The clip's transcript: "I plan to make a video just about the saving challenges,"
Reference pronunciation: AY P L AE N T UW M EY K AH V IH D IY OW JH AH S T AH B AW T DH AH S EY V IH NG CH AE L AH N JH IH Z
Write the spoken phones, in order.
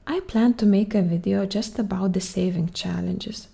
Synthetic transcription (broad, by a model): AY P L AE N T UW M EY K AH V IH D IY OW JH AH S T AH B AW T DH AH S EY V IH NG CH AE L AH N JH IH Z